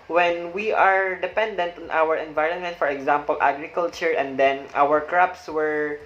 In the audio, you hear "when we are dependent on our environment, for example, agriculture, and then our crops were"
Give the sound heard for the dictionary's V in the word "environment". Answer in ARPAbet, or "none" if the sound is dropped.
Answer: V